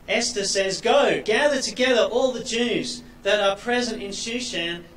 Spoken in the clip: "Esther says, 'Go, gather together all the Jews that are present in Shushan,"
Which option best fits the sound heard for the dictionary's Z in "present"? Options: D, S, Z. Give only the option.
Z